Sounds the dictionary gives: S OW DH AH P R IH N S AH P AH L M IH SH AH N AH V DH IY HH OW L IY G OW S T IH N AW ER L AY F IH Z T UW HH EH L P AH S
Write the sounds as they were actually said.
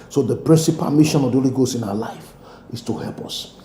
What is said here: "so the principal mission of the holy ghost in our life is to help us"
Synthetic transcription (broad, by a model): S OW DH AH P R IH N S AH P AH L M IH SH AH N AH V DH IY HH OW L IY G OW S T IH N AW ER L AY F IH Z T UW HH EH L P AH S